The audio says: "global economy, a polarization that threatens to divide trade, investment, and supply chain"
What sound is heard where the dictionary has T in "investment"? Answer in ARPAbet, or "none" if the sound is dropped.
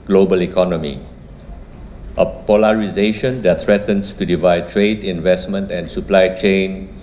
T